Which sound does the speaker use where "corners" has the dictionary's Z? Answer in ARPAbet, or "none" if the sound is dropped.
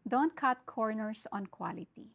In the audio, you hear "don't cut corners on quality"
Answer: S